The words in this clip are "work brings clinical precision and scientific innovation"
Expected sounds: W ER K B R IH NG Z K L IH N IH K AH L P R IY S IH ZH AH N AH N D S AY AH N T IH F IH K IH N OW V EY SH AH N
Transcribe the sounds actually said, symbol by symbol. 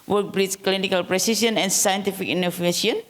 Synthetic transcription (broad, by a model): W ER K B R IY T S K L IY N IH K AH L P R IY S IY S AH N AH N S AY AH N T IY F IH K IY N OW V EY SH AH N